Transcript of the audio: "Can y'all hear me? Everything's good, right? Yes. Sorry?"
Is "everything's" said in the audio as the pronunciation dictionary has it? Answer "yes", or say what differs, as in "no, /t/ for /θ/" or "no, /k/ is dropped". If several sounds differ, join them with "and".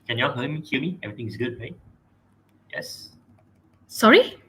no, /t/ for /θ/